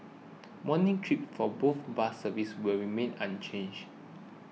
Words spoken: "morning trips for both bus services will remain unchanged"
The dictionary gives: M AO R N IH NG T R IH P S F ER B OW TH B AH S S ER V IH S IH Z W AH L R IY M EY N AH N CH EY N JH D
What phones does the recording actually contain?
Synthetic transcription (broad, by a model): M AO N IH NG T R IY P F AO B OW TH B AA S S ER V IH S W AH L R IY M EY N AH N CH EY N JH